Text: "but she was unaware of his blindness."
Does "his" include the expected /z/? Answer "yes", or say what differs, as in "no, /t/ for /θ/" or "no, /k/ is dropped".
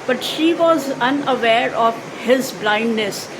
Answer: yes